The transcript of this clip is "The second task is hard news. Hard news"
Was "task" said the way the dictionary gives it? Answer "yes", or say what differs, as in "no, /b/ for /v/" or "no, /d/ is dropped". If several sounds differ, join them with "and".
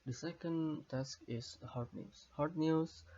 yes